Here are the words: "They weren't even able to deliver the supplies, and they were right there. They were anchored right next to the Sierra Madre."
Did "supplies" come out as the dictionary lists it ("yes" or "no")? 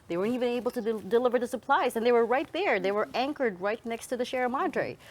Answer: yes